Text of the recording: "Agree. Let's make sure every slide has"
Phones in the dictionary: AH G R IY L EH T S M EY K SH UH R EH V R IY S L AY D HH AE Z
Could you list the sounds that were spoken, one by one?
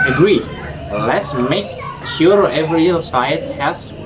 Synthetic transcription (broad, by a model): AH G R IY L EH T S M EY K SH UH R EH V R IY S AY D HH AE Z